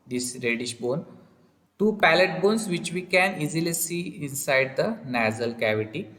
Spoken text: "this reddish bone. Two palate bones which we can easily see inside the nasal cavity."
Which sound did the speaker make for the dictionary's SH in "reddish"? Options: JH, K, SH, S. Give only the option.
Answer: SH